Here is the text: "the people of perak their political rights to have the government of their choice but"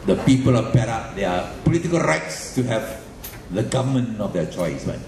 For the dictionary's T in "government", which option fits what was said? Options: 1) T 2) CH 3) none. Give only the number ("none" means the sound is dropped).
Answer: 3